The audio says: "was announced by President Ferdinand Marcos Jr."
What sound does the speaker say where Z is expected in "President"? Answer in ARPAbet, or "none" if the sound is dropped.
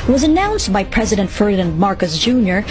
Z